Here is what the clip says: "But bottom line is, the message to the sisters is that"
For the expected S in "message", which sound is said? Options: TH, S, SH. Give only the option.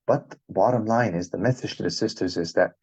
TH